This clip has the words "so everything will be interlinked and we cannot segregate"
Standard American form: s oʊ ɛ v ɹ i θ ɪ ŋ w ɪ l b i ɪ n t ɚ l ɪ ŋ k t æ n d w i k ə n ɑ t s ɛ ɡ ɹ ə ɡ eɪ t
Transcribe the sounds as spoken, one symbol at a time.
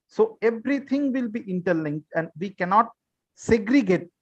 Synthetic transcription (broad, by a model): s oʊ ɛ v ɹ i t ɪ ŋ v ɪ l b i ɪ n t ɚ l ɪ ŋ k t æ n d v i k ə n ɑ t s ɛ ɡ ɹ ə ɡ eɪ t